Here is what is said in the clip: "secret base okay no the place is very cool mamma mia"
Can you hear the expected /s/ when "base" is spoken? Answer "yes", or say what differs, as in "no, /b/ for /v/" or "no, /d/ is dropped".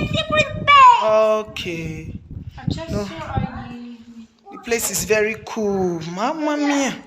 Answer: no, /s/ is dropped